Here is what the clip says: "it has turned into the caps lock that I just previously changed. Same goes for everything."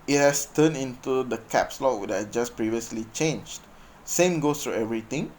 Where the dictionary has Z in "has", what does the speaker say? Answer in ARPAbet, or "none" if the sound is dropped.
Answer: S